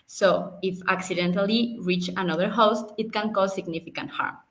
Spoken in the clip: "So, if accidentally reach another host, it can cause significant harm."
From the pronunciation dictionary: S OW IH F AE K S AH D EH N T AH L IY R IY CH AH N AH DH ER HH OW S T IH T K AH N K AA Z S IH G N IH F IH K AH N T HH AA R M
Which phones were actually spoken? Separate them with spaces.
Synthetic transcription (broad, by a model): S OW IH F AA K S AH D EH N T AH L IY R IY CH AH N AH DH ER HH OW S T IH T K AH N K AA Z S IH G N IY F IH K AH N T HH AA R M